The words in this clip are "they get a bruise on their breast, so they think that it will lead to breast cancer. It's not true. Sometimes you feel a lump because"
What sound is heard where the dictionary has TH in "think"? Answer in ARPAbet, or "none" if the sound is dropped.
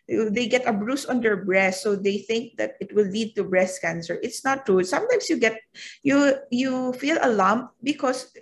TH